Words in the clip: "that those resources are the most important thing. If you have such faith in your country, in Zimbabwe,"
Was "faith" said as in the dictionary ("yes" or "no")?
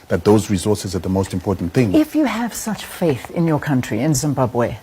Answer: yes